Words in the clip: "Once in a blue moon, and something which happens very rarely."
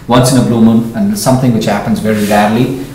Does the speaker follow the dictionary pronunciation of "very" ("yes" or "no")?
yes